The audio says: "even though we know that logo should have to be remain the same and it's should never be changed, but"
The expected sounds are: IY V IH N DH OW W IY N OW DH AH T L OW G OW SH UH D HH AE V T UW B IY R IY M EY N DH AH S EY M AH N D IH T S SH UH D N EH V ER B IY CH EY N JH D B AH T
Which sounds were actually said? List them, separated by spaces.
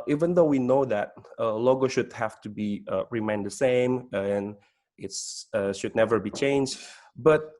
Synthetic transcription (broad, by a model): IY V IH N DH OW W IY N OW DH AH T L OW G OW SH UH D HH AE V T UW B IY R IY M EY N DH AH S EY M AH N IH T S SH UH D N EH V ER B IY CH EY N JH D B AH T